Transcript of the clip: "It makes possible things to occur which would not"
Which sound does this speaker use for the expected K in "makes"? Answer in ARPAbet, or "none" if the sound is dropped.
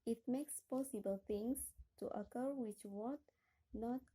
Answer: K